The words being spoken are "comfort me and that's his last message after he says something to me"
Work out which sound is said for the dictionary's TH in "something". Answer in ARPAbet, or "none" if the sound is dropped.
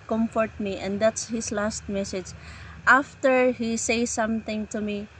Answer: T